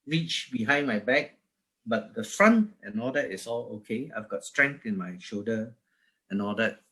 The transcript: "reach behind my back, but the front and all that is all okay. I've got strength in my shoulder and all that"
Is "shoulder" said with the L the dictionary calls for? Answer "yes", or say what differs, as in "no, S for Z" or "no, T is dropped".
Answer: no, L is dropped